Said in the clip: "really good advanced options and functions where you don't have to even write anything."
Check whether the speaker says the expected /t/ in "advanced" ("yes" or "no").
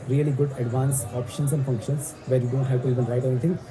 no